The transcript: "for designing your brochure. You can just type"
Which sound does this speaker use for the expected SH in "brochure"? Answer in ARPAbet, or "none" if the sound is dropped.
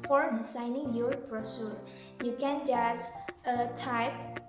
S